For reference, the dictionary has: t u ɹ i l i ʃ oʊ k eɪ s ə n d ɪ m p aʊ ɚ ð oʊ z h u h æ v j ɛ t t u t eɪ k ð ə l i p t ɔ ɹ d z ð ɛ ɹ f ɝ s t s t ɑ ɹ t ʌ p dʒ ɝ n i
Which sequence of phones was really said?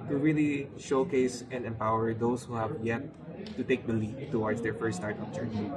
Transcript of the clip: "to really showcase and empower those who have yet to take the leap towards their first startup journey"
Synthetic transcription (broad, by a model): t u ɹ i l i ʃ oʊ k eɪ s ə n d ɪ m p aʊ ɚ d oʊ s h u h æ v j ɛ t t u t eɪ k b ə l i f t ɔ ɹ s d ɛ ɹ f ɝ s s t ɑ ɹ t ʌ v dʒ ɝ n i